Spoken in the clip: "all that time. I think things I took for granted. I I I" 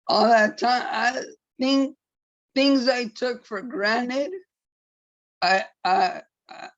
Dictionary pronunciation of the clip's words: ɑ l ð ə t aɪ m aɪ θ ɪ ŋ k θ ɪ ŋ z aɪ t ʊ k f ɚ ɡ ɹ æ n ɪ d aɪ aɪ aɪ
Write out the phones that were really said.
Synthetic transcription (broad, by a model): ɑ l ð ə t aɪ m aɪ θ ɪ ŋ k θ ɪ ŋ z aɪ t ʊ k f ɚ ɡ ɹ æ n ɪ d aɪ aɪ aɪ